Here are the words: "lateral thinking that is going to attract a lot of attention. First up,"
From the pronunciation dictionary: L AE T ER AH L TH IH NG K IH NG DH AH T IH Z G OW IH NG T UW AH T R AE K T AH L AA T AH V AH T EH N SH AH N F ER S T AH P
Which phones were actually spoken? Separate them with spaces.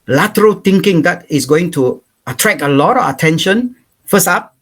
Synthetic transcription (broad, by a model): L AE T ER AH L T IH NG K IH NG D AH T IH S G OW IH NG T UW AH T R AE K AH L AA T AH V AH T EH N SH AH N F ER S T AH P